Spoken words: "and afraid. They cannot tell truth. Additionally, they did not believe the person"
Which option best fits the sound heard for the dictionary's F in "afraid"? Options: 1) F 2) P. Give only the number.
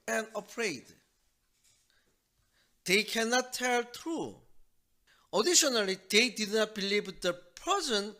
2